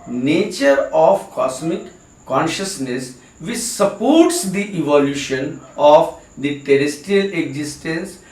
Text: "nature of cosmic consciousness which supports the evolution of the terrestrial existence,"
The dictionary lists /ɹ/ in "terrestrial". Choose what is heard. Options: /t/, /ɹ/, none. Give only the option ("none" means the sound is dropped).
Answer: none